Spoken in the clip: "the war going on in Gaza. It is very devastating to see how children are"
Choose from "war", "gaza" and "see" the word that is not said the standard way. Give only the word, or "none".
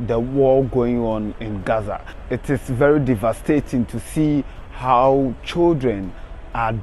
war